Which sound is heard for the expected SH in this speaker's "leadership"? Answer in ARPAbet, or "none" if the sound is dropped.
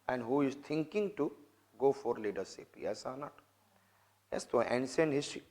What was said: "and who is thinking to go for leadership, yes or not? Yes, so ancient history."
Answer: S